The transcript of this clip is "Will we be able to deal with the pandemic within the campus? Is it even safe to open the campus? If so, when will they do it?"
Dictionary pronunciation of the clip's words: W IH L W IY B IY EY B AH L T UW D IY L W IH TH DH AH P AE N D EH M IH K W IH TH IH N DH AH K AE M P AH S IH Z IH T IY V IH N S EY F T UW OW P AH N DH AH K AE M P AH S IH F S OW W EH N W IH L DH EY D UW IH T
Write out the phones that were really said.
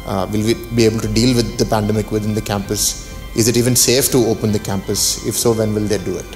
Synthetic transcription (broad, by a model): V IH L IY B IY EY B AH L T UW D IY L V IH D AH P AE N D EH M IH K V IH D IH N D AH K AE M P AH S IH Z IH T IY V IH N S EY F T UW OW P AH N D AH K AE M P AH S IH F S OW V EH N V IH L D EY D UW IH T